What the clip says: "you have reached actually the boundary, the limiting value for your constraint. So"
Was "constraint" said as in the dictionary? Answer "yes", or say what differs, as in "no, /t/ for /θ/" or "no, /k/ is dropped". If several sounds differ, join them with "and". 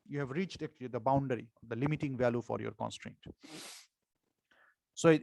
yes